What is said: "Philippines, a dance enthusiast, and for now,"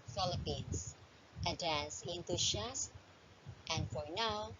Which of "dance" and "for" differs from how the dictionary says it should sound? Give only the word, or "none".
none